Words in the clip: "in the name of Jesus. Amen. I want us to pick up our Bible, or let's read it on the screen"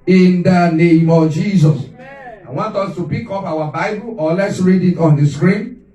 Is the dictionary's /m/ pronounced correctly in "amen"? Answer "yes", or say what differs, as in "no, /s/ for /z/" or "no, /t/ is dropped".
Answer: no, /m/ is dropped